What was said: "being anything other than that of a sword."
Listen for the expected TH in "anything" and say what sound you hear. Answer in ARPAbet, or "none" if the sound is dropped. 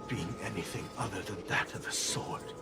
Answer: TH